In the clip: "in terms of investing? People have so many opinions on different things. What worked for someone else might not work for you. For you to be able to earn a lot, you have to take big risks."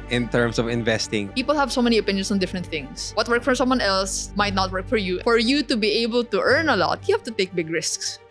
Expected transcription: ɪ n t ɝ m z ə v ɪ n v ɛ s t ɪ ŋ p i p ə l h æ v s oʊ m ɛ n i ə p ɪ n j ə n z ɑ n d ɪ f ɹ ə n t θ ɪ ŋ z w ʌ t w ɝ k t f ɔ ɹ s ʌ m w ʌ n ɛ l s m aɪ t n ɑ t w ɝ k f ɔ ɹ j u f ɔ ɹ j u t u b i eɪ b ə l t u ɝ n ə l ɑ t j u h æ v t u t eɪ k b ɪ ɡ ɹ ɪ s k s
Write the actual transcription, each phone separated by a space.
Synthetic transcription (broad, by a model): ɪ n t ɝ m s ə v ɪ n v ɛ s t ɪ ŋ p i p ə l h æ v s oʊ m ɛ n i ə p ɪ n j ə n s ɑ n d ɪ f ɹ ə n t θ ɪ ŋ s w ʌ t w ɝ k f ɔ ɹ s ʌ m w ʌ n ɛ l s m aɪ t n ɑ t w ɝ k f ɔ ɹ j u f ɔ ɹ j u t u b i eɪ b ə l t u ɝ n ə l ɑ t j u h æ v t u t eɪ k b ɪ ɡ ɹ ɪ s k s